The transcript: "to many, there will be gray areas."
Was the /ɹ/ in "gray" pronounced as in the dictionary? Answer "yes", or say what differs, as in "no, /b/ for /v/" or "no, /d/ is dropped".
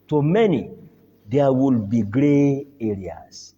yes